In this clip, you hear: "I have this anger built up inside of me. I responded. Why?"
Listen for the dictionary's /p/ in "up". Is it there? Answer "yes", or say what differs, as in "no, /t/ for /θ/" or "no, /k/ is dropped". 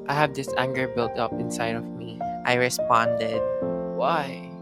yes